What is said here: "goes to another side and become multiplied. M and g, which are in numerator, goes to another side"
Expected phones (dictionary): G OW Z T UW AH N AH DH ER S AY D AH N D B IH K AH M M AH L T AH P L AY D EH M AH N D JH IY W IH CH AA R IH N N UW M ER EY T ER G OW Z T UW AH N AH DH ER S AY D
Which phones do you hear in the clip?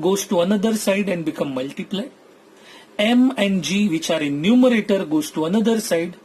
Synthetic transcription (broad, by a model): G OW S T UW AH N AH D ER S AY D AH N D B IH K AH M M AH L T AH P L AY EH M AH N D JH IY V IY CH AA R IH N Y UW M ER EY T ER G OW S T UW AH N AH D ER S AY D